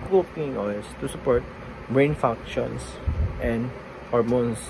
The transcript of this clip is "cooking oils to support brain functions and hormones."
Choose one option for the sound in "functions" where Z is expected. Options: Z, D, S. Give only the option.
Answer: S